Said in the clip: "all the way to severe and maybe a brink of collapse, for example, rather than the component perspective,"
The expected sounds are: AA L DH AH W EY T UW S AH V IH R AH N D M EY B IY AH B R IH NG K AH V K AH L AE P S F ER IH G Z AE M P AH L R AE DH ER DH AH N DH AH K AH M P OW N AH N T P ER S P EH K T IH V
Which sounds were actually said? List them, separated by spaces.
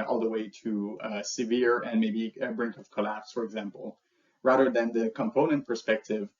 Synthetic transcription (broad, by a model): AA L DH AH W EY T UW S AH V IH R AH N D M EY B IY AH B R IH NG K AH V K AH L AE P S F ER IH G Z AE M P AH L R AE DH ER DH AH N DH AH K AH M P OW N AH N T P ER S P EH K T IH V